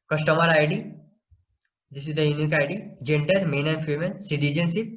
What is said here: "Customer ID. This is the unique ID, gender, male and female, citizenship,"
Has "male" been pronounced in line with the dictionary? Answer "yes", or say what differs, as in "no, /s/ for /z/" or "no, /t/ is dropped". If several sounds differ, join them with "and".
no, /n/ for /l/